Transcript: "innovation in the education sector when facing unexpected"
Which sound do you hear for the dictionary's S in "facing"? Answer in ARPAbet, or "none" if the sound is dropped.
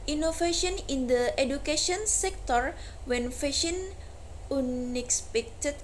SH